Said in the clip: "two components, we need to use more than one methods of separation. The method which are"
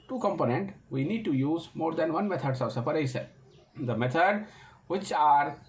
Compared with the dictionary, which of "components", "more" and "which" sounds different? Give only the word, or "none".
components